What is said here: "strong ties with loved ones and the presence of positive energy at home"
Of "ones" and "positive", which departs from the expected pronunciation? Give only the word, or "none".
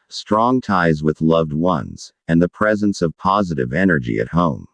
none